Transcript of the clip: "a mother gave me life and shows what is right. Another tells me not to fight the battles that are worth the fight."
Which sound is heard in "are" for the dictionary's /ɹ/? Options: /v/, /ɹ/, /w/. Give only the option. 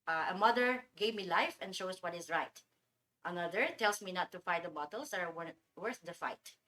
/w/